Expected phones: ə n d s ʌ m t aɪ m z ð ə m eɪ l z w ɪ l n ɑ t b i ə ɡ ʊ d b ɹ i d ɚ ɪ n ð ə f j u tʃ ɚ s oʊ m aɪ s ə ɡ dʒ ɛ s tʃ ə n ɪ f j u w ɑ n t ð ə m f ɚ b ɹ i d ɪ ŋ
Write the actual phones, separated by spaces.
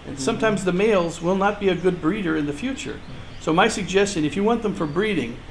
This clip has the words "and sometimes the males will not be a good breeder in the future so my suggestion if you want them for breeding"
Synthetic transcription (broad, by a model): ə n s ʌ m t aɪ m z ð ə m eɪ l z w ɪ l n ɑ t b i ə ɡ ʊ d b ɹ i d ɚ ɪ n ð ə f j u tʃ ɚ s oʊ m aɪ s ə ɡ dʒ ɛ s tʃ ə n ɪ f j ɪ w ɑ n ð ə m f ɚ b ɹ i d ɪ ŋ